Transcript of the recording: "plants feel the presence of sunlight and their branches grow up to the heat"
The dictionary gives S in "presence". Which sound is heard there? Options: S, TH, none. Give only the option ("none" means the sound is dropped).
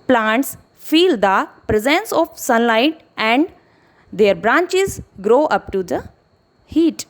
S